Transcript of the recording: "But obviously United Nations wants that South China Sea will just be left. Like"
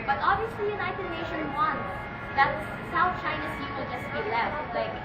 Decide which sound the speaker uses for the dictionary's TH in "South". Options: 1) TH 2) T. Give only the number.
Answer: 2